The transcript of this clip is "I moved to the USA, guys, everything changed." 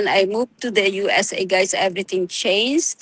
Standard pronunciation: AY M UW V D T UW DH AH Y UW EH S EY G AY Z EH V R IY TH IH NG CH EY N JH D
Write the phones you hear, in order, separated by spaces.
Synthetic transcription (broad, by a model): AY M UW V T UW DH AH Y UW EH S EY G AY S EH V R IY T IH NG CH EY N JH